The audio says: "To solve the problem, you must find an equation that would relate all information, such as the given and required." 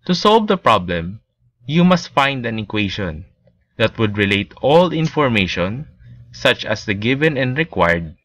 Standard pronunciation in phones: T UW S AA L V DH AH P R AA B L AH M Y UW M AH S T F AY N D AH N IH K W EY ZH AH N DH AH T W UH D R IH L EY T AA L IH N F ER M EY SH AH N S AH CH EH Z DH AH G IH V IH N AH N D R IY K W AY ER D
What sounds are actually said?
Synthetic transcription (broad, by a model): T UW S AA L V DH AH P R AA B L AH M Y UW M AH S T F AY N D AH N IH K W EY SH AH N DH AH T W UH D R IH L EY T AA L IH N F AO M EY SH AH N S AH CH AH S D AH G IH V IH N AH N D R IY K W AY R D